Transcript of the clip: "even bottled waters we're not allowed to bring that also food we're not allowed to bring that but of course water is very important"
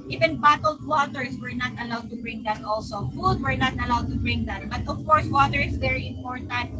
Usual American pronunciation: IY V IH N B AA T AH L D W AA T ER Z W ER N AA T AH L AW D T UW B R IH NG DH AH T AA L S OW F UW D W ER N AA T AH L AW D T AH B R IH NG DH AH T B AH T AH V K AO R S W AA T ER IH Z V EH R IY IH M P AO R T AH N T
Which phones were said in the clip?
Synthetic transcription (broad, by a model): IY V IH N B AA T AH L D W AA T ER S W ER N AA T AH L AW D T UW B R IH NG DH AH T AA L S OW F UW D W ER N AA T AH L AW D T AH B R IH NG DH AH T B AH T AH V K AO R S W AA T ER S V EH R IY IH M P AO R T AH N T